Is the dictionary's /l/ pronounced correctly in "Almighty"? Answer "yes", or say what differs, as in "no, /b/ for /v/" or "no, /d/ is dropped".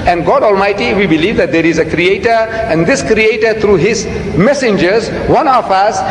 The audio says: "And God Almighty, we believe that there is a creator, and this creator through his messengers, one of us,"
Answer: yes